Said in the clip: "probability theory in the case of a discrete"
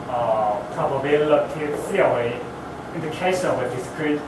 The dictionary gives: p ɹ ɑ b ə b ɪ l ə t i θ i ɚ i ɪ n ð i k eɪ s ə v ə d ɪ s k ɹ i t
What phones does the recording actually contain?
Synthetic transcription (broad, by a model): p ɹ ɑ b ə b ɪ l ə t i s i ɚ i ɪ n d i k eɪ ʃ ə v ə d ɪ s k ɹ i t